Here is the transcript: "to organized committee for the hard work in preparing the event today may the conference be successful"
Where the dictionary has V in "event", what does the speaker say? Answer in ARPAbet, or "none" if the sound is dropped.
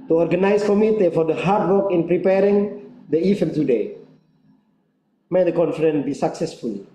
F